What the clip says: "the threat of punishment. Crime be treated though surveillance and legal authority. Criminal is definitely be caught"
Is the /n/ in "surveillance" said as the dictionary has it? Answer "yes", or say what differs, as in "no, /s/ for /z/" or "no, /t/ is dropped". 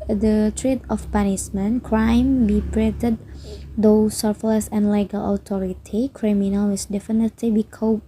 no, /n/ is dropped